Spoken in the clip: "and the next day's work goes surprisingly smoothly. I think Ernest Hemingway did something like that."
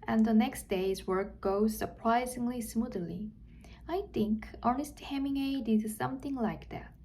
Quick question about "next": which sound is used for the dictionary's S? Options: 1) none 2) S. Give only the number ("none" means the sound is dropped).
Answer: 2